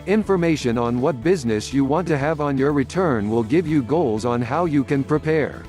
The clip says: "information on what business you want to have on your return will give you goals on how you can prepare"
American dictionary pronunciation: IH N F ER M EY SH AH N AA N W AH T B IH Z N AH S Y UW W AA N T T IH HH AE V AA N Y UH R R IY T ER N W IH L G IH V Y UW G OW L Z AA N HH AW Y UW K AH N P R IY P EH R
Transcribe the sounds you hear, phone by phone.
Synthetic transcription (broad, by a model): IH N F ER M EY SH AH N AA N W AH T B IH Z N AH S Y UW W AA N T T IH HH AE V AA N Y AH R R IY T ER N W IH L G IH V Y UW G OW L Z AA N HH AW Y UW K AH N P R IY P EH R